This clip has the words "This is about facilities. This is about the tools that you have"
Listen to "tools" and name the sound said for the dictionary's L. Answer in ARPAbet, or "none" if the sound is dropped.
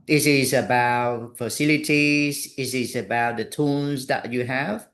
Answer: N